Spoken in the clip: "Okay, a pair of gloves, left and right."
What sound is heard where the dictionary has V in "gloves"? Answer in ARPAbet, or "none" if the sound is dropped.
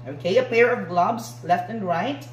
B